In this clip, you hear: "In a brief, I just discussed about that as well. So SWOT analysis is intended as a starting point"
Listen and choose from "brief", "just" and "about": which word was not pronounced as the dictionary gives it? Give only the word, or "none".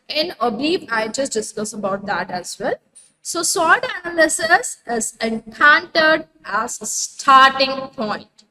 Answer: brief